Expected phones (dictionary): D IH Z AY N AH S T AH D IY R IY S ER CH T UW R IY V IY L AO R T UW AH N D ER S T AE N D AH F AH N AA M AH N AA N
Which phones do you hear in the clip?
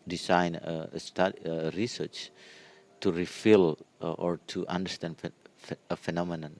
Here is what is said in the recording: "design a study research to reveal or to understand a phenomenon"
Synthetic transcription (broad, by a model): D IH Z AY N AH S T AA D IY R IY S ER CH T UW R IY F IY L AO R T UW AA N D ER S T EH N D AH F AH N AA M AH N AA N